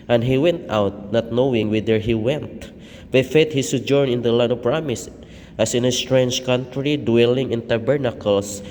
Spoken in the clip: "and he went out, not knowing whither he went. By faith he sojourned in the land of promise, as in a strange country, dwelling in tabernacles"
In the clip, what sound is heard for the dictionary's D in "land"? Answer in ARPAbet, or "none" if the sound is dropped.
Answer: none